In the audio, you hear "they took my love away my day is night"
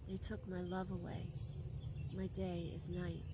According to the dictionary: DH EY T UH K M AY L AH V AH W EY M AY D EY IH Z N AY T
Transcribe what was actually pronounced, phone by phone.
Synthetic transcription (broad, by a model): DH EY T UH K M AY L AH V AH W EY M AY D EY IH Z N AY T